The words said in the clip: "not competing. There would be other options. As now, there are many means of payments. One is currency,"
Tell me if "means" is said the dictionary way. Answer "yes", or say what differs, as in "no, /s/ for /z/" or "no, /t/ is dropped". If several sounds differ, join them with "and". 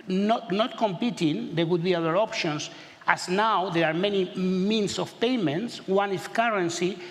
no, /s/ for /z/